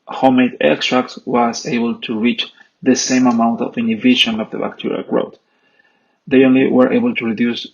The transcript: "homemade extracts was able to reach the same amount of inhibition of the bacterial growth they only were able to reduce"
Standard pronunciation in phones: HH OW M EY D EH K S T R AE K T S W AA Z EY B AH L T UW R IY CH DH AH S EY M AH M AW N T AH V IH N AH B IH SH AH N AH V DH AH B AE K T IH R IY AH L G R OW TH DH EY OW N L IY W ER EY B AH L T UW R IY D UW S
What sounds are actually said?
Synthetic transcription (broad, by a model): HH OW M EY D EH K S T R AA K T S W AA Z EY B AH L T UW R IY CH DH AH S EY M AH M AW N T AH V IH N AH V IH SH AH N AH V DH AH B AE K T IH R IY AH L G R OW T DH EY OW N L IY W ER EY B AH L T UW R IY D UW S